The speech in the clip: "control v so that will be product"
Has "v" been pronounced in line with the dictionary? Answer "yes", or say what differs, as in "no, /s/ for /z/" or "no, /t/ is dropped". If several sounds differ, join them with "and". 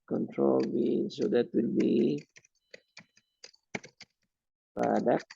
no, /b/ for /v/